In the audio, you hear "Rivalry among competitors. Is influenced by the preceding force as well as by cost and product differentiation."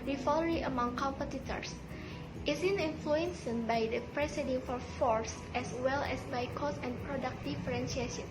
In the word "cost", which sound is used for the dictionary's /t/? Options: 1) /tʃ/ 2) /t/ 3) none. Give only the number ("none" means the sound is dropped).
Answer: 3